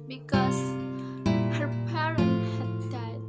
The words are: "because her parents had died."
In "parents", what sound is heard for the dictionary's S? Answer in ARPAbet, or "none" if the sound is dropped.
none